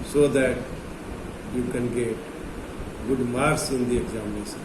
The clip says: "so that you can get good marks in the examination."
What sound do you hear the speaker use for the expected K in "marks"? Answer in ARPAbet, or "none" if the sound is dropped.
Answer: none